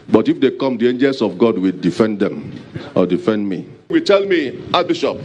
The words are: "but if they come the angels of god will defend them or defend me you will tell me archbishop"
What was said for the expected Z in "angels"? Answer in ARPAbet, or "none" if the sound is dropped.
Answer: S